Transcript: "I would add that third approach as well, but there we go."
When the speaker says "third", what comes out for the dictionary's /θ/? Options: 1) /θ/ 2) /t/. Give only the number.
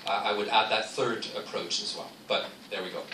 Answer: 1